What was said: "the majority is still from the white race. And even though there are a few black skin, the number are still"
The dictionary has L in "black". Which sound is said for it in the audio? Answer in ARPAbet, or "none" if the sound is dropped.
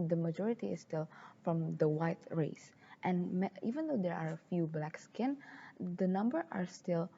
L